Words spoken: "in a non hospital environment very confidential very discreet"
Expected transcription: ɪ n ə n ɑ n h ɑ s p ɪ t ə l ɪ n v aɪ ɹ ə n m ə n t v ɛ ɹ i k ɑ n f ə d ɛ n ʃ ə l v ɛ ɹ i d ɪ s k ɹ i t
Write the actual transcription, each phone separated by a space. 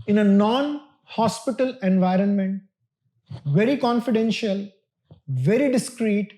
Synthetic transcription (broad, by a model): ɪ n ə n ɑ n h ɑ s p ɪ t ə l ɪ n v aɪ ɹ ə n m ə n t v ɛ ɹ i k ɑ n f ə d ɛ n ʃ ə l v ɛ ɹ i d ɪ s k ɹ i t